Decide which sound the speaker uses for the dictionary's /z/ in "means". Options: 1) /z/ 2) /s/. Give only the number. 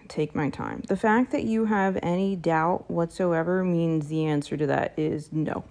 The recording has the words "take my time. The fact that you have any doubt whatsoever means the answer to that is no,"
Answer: 1